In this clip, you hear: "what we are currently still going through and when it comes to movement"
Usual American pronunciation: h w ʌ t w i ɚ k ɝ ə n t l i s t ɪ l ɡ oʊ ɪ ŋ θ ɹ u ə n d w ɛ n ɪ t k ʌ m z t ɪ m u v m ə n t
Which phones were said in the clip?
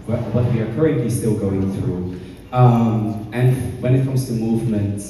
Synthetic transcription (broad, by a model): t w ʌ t w i ɚ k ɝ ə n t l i s t ɪ l ɡ oʊ ɪ ŋ θ ɹ u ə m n w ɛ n ɪ t k ʌ m z t ɪ m u v m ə n t